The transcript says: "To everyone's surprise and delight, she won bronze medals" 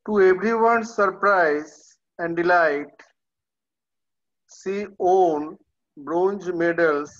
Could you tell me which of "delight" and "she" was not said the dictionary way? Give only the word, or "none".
she